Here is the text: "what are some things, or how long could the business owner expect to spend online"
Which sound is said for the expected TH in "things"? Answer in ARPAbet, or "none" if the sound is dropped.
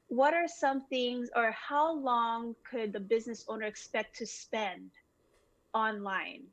TH